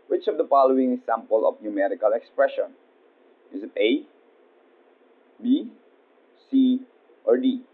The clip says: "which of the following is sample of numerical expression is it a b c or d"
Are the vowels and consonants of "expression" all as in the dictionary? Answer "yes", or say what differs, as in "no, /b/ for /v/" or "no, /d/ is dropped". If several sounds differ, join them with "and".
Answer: yes